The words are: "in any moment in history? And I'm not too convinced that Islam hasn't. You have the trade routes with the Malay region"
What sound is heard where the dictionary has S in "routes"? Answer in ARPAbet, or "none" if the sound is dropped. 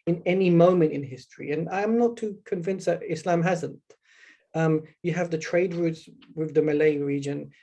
S